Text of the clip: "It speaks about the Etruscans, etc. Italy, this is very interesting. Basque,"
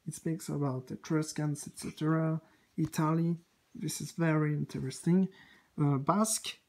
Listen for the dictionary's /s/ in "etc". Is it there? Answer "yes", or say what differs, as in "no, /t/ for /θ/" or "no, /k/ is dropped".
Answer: yes